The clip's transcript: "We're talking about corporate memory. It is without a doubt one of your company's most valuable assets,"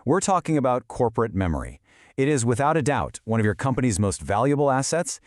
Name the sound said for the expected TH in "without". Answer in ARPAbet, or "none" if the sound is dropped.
TH